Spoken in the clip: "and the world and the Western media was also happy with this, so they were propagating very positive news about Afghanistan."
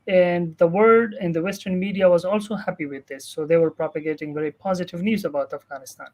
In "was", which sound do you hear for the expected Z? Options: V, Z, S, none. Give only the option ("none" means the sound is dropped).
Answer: Z